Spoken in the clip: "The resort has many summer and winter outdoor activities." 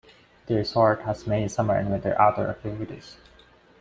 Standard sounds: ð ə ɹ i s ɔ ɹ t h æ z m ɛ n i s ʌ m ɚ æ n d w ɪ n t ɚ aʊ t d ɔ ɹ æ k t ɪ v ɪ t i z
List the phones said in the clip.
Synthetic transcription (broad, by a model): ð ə ɹ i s ɔ ɹ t h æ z m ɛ i s ʌ m ɚ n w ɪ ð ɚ t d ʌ ɹ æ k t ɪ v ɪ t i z